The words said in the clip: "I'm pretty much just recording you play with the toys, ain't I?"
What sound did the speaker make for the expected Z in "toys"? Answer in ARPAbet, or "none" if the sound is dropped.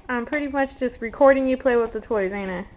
Z